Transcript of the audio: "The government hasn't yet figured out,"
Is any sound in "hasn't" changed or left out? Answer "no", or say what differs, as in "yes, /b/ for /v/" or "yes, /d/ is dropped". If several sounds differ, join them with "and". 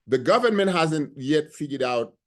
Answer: no